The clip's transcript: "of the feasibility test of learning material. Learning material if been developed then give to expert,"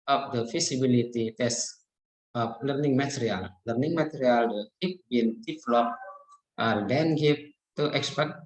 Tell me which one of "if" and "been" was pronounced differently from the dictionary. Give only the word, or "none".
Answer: if